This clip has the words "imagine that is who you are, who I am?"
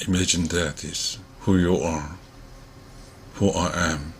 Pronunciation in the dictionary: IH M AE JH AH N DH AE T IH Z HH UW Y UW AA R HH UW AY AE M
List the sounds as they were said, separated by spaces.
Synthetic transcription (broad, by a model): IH M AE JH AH N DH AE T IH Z HH UW Y UW AA R HH UW AY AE M